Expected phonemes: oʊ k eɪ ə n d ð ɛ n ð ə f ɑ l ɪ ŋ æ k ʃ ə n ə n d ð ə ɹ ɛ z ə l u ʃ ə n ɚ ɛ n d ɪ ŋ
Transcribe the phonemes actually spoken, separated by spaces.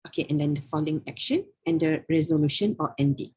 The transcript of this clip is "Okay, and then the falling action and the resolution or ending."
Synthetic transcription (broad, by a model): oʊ k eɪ ə n d ɛ n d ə f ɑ l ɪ ŋ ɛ k ʃ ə n ə n d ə ɹ ɛ z ə l u ʃ ə n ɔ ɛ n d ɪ